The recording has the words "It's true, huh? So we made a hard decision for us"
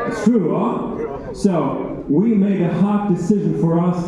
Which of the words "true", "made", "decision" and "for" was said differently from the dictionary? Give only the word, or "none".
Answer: none